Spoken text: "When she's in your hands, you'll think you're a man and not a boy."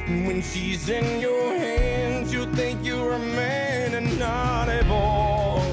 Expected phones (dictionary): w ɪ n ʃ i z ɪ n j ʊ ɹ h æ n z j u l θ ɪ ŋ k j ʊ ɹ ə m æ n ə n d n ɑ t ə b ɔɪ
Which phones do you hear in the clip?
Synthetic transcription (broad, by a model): w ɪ n ʃ i z ɪ n j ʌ ɹ h æ n z j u θ ɪ ŋ k j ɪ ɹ ə m æ n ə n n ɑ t ə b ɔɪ